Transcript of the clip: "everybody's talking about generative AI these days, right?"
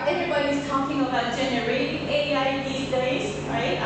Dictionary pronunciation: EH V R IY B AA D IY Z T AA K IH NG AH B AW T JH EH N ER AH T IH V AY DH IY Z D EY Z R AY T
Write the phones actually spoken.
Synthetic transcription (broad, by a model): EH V R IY B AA D IY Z T AA K IH NG AH B AW T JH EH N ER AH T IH AY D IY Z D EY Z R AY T